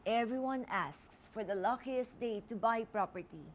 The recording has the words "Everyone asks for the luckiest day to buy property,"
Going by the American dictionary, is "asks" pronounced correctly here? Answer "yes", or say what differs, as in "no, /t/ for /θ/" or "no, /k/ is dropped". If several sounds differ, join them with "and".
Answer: yes